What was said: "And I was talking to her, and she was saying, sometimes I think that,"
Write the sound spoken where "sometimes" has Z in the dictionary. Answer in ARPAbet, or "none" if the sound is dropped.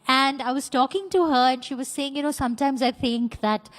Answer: Z